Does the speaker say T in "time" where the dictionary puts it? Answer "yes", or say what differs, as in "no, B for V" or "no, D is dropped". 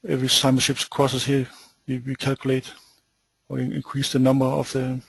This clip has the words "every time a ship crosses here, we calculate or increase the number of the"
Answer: no, S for T